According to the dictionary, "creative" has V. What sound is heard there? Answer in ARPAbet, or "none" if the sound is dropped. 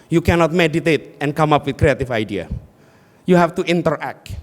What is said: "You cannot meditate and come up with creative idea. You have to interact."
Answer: F